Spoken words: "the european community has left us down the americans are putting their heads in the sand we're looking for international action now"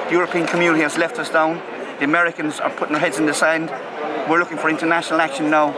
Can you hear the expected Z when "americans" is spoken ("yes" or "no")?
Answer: yes